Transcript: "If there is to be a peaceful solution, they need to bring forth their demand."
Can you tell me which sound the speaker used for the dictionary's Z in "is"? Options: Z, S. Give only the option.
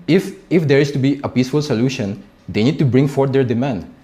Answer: S